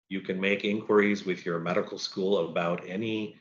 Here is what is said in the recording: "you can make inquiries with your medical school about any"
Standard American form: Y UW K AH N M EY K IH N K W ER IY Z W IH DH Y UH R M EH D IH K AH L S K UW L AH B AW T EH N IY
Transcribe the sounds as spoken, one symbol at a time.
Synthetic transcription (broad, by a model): Y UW K AH N M EY K IH N K W ER IY Z W IH DH Y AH R M EH D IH K L S K UW L AH B AW T EH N IY